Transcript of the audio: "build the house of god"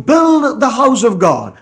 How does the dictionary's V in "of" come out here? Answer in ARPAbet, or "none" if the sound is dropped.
V